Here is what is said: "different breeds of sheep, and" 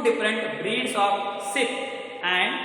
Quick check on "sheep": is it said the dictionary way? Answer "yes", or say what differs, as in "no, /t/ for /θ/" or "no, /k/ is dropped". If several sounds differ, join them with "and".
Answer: no, /s/ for /ʃ/